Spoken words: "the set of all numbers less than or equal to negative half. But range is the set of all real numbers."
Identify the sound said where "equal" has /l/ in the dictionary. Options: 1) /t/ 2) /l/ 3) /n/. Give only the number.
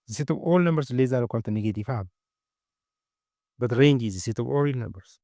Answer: 3